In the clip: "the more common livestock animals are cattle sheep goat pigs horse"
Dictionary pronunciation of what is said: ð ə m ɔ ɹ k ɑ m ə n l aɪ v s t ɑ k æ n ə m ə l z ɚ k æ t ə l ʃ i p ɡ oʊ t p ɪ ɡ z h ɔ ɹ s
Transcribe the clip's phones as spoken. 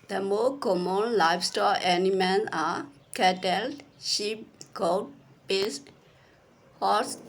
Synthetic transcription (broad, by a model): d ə m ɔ k ɑ m ə n l aɪ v s t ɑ ɛ n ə m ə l s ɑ k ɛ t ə l ʃ i p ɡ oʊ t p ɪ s h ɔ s